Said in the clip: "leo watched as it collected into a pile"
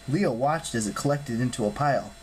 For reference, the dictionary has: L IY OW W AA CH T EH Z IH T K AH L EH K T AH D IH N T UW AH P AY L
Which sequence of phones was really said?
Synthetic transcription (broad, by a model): L IY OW W AA CH T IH Z IH T K AH L EH K T AH D IH N T UW AH P AY L